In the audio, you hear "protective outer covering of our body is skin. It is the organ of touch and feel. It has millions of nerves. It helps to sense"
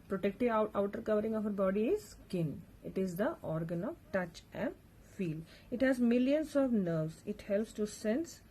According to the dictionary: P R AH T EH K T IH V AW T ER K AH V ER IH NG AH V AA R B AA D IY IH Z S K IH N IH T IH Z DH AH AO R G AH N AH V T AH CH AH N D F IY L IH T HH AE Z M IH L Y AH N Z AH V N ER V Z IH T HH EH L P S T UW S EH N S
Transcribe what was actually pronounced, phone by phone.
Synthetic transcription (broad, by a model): P R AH T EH K T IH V AW T ER K AH V ER IH NG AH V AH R B AA D IY IH Z S K IH N IH T IH Z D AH AO R G AH N AH V T AH CH AH N D F IY L IH T HH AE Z M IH L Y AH N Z AH V N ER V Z IH T HH EH L P S T UW S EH N S